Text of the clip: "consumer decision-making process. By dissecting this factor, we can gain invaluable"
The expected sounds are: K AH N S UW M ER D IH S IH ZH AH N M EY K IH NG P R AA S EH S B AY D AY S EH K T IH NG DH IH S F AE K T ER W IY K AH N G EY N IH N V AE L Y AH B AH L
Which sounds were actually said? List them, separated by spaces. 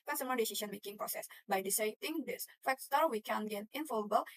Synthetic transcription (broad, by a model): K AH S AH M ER D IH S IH SH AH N M EY K IH NG P R AA S EH S B AY D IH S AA T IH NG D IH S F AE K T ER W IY K AH N G EY N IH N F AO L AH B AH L